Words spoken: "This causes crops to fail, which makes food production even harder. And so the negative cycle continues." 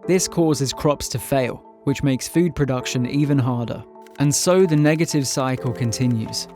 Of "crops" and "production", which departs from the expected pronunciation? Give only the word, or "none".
none